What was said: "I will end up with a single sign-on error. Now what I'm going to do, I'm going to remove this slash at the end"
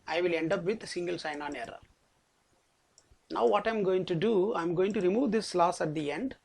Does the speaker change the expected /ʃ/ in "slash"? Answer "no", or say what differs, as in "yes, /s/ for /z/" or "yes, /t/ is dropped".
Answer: yes, /s/ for /ʃ/